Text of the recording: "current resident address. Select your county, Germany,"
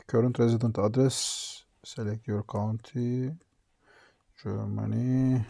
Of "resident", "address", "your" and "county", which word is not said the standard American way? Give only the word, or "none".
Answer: none